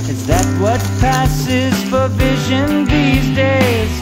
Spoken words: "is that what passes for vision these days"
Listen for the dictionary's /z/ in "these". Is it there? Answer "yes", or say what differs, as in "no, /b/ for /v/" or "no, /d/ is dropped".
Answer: yes